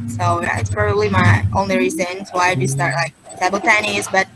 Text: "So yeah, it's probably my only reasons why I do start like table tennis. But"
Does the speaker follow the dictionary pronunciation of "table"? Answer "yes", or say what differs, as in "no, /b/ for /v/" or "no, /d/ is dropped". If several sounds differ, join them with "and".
no, /s/ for /t/